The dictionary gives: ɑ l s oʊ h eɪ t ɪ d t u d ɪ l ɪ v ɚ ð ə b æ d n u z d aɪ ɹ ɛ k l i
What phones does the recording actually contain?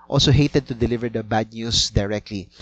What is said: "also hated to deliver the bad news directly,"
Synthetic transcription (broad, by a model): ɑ l s oʊ h eɪ t ɪ d t u d ɪ l ɪ v ɚ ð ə b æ d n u s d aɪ ɹ ɛ k l i